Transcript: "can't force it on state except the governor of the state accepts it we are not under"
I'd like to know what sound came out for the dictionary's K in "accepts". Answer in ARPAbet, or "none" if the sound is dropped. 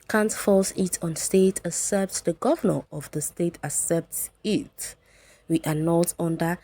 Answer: none